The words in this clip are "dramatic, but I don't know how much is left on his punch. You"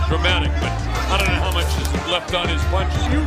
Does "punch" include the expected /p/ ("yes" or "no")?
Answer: no